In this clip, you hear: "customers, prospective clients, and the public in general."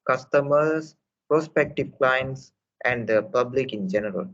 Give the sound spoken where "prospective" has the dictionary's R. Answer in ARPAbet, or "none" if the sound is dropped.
R